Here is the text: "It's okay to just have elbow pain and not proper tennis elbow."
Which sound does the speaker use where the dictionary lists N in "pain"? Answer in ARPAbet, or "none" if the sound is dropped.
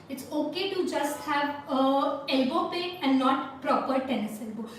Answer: none